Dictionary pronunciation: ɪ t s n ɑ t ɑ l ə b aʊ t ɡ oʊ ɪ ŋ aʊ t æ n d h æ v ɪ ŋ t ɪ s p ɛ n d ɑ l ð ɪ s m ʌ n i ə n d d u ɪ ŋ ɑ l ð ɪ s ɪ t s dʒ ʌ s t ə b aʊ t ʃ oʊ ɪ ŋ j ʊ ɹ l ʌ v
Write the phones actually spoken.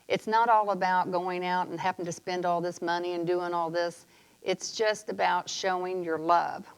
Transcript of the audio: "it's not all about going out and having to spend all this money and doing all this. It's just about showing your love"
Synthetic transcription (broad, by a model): ɪ t s n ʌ t ɑ l ə b aʊ t ɡ oʊ ɪ ŋ aʊ t n h æ p ɪ ŋ t ɪ s p ɛ n d ɑ l ð ɪ s m ʌ n i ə n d d u ɪ ŋ ɑ l ð ɪ s ɪ t s dʒ ʌ s t ə b aʊ t ʃ oʊ ɪ ŋ j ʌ ɹ l ʌ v